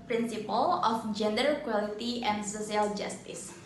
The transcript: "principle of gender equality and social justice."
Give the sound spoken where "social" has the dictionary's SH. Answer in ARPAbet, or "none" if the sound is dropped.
S